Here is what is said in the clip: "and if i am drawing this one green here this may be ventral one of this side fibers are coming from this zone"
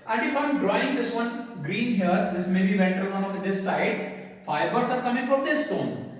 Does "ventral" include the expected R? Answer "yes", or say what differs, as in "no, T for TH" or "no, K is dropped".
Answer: no, R is dropped